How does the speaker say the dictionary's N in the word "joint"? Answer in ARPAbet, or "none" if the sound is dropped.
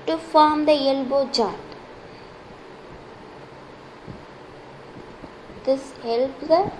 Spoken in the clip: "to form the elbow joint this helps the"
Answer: none